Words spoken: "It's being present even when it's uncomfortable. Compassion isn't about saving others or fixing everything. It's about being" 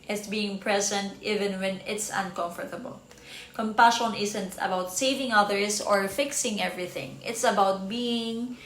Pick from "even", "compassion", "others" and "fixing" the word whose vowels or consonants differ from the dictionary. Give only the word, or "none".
others